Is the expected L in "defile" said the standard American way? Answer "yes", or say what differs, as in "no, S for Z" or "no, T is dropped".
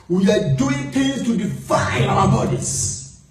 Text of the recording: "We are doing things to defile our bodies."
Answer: no, N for L